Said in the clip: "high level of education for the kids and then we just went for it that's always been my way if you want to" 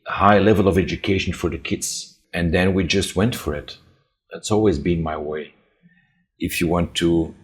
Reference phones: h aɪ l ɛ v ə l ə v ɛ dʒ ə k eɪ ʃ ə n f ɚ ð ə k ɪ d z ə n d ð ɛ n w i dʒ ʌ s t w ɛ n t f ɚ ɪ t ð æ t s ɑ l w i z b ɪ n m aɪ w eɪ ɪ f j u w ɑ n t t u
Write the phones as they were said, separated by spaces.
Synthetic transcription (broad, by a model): h aɪ l ɛ v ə l ə v ɛ dʒ ə k eɪ ʃ ə n f ɚ ð ə k ɪ d z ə n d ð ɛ n w i dʒ ʌ s t w ɛ n t f ɚ ɪ t ð æ t s ɑ l w i z b ɪ n m aɪ w eɪ ɪ f j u w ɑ n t t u